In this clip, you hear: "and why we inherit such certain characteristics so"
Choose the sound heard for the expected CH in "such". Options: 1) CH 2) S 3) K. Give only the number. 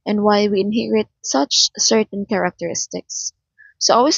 1